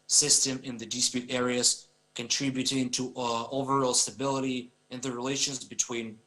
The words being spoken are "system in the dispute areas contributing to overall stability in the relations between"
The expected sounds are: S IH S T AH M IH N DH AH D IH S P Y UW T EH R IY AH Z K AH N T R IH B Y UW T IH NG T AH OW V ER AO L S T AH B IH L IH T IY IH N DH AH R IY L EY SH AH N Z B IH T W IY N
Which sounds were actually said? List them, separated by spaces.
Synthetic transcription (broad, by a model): S IH S T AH M IH N DH AH D IH S P Y UW T EH R IY AH Z K AH N T R IH B Y UW T IH NG T AH OW V ER AO L S T AH B IH L IH T IY IH N DH AH R IY L EY SH AH N Z B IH T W IY N